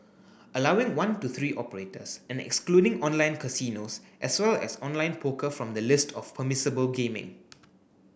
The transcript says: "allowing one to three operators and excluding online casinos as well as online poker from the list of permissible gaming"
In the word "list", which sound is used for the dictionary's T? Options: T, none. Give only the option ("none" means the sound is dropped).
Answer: T